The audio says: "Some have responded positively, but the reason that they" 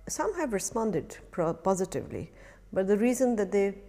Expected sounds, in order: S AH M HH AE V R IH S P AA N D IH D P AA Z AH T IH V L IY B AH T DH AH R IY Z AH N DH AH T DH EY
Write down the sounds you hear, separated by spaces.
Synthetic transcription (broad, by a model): S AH M HH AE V R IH S P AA N D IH D P AA Z AH T IH V L IY B AH T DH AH R IY Z AH N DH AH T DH EY